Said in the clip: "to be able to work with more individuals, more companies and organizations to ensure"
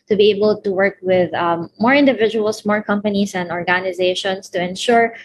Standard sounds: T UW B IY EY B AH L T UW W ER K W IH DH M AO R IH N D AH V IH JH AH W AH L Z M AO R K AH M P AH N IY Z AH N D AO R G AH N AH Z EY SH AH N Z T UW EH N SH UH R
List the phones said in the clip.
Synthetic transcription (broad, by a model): T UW B IY EY B AH L T UW W ER K W IH DH M AO R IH N D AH V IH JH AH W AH L S M AO R K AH M P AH N IY S AH N D AO R G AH N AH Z EY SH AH N S T UW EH N SH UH R